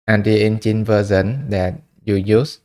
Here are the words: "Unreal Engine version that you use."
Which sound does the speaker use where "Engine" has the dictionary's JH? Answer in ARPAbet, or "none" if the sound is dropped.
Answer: CH